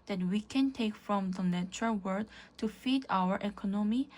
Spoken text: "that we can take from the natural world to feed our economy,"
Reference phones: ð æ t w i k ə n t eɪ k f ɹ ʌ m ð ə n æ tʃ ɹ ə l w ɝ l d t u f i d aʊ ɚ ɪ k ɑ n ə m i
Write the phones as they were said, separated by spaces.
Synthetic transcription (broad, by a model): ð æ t w i k ə n t eɪ k f ɹ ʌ m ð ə n æ tʃ ɹ ə l w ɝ d t u f i d aʊ ɚ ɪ k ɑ n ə m i